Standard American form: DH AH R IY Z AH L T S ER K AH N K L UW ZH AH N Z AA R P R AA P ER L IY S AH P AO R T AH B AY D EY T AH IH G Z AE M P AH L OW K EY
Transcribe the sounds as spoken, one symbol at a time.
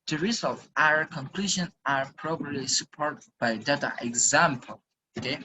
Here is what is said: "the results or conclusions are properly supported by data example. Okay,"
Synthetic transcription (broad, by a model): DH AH R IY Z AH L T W ER K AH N K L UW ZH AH N AA R P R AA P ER L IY S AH P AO R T B AY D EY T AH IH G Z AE M P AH L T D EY